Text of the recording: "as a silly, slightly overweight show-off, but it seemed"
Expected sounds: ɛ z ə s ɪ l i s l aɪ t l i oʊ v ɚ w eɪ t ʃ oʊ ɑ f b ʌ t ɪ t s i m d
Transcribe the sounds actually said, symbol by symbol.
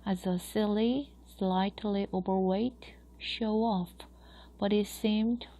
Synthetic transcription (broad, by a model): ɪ z ə s ɪ l i s l aɪ t l i oʊ v ɚ w eɪ t ʃ oʊ ɑ f b ʌ t ɪ t s i m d